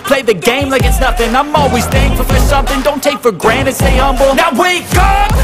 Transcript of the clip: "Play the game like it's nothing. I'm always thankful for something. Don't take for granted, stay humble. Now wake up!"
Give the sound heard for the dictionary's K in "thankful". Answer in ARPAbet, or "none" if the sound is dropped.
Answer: none